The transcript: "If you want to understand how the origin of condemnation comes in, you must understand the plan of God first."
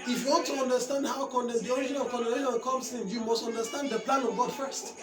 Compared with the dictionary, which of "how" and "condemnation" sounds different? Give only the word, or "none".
condemnation